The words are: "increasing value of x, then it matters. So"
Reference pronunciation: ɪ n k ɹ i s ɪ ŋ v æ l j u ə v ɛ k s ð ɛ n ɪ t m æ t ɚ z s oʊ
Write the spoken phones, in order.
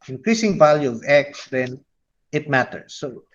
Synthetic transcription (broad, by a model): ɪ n k ɹ i s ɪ ŋ v æ l j u ə v ɛ k s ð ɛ n ɪ t m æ t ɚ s oʊ